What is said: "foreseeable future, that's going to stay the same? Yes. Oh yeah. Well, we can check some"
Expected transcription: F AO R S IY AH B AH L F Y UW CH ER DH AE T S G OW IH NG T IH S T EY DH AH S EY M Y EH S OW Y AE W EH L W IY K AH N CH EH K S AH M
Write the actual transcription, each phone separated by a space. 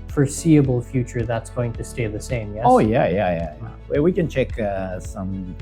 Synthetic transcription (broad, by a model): F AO R S IY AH B L F Y UW CH ER DH AE T S G OW IH NG T IH S T EY DH AH S EY M Y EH OW Y AE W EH W IY K AH N CH EH K S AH M